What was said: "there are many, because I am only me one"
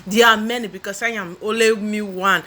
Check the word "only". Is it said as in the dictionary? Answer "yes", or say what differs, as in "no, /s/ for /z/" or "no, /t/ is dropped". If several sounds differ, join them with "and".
no, /n/ is dropped